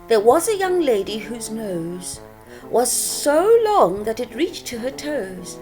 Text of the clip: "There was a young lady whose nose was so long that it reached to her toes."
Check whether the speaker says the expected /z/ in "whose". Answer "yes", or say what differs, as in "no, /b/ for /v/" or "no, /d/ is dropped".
yes